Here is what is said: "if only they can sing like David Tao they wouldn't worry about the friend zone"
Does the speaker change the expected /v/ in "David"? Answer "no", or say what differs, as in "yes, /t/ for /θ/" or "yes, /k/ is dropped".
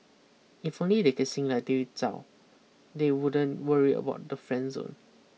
yes, /v/ is dropped